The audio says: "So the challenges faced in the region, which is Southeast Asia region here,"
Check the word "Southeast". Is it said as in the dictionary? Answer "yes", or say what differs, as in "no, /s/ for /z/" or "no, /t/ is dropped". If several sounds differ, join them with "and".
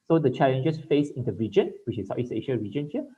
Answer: no, /t/ is dropped